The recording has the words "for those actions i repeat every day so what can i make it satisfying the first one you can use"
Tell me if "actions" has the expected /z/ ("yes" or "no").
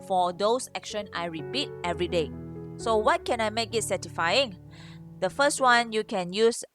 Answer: no